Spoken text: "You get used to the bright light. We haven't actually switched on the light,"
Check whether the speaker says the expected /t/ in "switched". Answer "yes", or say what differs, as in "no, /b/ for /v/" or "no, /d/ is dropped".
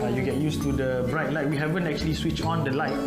no, /t/ is dropped